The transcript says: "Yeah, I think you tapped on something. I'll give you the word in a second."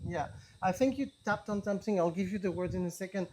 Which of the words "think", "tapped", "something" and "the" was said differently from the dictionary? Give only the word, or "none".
none